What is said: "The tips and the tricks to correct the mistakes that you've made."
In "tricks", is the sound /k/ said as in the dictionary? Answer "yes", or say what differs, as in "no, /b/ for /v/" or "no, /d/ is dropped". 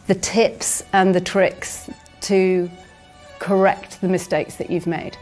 yes